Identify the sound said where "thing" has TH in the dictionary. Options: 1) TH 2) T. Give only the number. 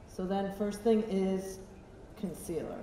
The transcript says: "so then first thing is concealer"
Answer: 1